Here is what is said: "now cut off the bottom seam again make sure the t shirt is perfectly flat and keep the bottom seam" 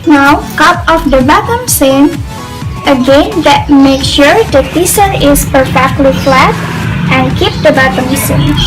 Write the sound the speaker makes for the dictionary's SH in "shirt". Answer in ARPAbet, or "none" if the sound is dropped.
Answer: S